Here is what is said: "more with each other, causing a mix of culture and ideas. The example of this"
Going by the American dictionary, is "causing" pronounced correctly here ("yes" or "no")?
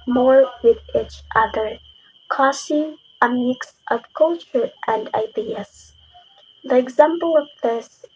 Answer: no